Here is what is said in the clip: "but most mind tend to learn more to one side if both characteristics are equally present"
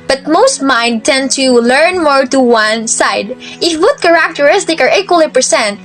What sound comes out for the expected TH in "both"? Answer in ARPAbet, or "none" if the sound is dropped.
T